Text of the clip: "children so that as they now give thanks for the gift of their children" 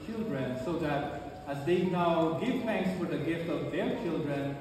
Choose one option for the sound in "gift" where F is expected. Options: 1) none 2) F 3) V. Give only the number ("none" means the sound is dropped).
2